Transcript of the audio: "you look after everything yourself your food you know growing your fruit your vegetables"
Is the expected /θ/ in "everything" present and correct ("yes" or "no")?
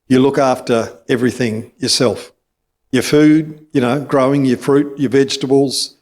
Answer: yes